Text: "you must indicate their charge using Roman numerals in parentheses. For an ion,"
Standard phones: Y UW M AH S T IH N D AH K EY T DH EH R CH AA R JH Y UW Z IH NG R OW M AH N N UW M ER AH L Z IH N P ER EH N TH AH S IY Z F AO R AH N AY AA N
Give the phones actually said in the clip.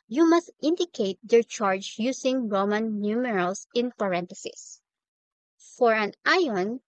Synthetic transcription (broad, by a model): Y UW M AH S T IH N D AH K EY T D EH R CH AA R JH Y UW S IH NG R OW M AH N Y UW M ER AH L S IH N P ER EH N T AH S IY S F AO R AH N AY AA N